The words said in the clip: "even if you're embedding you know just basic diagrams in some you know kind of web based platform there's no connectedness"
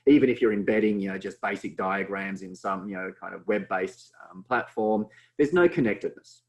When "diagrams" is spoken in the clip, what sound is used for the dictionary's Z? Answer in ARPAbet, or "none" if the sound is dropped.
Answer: Z